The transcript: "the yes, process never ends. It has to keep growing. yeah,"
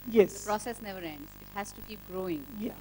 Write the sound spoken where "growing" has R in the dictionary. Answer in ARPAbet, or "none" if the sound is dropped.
R